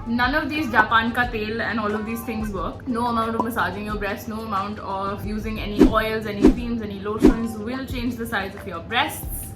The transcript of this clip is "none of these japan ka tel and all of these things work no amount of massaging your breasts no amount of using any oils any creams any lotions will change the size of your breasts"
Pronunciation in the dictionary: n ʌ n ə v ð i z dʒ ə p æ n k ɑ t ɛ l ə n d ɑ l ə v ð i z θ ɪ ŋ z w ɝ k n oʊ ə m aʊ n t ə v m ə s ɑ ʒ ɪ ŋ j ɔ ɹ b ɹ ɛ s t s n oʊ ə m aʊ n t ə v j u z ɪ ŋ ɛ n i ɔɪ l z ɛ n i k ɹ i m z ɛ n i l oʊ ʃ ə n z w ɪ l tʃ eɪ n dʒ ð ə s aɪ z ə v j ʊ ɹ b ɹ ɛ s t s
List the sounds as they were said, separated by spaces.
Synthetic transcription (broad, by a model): n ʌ n ə v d i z dʒ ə p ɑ n k ɑ t ɛ l ə n d ɑ l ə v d i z t ɪ ŋ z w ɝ k n oʊ ə m aʊ n t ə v m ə s ɑ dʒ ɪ ŋ j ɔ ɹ b ɹ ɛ s t n oʊ ə m aʊ n t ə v j u z ɪ ŋ ɛ n i ɔɪ l z ɛ n i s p i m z ɛ n i l oʊ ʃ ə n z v ɪ l tʃ eɪ n dʒ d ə s aɪ z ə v j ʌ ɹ b ɹ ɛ s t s